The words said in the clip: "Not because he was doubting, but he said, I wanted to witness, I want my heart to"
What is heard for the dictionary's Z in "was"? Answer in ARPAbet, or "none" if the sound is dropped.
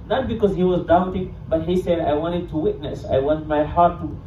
Z